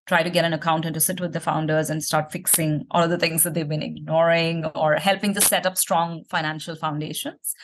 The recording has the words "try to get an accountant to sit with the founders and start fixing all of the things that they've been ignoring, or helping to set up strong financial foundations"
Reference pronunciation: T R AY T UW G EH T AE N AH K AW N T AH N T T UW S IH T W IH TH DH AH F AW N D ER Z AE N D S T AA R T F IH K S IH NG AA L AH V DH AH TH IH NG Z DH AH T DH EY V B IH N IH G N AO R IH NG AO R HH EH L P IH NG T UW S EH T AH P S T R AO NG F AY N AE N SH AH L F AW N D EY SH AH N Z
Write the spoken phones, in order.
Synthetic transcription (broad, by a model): T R AY T UW G EH T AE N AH K AW N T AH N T T UW S IH T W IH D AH F AW N D ER Z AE N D S T AA R T F IH K S IH NG AA L AH V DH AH T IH NG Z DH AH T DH EY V B IH N IH G N AO R IH NG AO R HH EH L P IH NG T UW S EH T AH P S T R AO NG F AY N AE N SH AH L F AW N D EY SH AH N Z